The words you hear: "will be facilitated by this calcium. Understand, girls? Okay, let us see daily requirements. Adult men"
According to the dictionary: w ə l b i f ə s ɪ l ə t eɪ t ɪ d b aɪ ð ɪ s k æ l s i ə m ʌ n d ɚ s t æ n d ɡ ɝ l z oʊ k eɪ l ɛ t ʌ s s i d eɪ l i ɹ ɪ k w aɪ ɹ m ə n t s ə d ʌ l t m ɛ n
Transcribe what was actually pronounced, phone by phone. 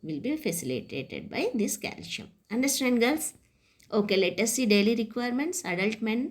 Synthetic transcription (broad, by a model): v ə l b i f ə s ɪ l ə t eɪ t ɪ d b aɪ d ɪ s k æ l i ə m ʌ n d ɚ s t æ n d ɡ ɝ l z oʊ k eɪ l ɛ t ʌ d s i d eɪ l i ɹ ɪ k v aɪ ɹ m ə n t s ə d ʌ l t m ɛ n